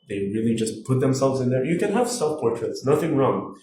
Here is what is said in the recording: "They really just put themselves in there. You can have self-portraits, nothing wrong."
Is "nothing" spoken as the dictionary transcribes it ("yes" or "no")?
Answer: yes